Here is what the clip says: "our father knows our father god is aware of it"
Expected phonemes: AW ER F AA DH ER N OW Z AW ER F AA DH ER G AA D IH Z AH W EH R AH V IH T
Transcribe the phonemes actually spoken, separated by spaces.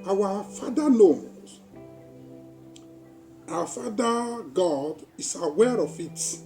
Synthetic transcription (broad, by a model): AW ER F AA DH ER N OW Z AW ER F AA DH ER G AA D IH S AH W EH R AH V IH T